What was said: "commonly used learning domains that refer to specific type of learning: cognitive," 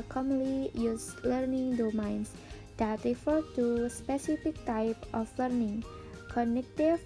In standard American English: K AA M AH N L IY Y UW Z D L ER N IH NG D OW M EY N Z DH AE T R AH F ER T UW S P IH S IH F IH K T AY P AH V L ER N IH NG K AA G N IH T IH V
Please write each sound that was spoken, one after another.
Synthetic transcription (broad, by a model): K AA M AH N L IY Y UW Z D L ER N IH NG D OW M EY N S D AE T R AH F ER T UW S P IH S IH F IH K T AY P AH F L ER N IH NG K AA N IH T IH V